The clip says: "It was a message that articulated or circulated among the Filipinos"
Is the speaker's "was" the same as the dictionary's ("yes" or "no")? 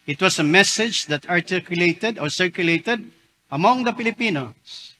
no